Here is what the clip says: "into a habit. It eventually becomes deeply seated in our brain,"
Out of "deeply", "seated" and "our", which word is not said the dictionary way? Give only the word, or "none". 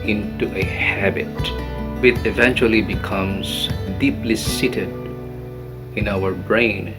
none